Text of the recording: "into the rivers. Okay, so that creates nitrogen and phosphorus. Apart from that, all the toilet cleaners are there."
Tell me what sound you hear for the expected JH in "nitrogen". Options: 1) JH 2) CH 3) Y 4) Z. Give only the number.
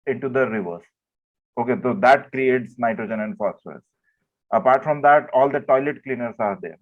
1